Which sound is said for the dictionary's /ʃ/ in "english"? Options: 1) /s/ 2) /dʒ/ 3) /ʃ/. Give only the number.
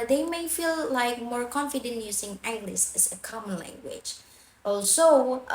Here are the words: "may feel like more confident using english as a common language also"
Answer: 1